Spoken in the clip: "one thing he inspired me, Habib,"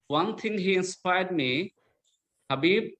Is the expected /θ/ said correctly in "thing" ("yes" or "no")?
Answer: no